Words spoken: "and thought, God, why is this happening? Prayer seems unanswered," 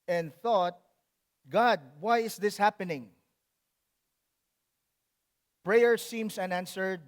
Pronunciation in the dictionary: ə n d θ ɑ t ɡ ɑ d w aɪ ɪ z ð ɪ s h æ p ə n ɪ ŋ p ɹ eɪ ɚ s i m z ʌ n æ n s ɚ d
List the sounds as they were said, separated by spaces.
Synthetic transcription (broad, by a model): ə n d θ ɑ t ɡ ɑ d w aɪ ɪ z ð ɪ s h æ p ə n ɪ ŋ p ɹ eɪ ɚ s i m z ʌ n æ n s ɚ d